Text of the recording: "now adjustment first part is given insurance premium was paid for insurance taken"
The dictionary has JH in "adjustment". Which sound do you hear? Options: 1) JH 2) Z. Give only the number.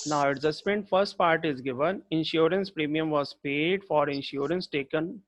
2